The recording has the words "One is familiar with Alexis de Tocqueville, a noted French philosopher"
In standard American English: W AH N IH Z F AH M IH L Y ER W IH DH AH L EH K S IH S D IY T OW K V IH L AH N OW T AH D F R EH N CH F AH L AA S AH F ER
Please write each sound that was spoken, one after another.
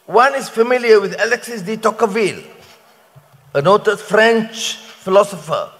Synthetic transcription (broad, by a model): W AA N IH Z F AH M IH L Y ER W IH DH AH L EH K S IH S D IY T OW K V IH L AH N OW T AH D F R EH N CH F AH L AA S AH F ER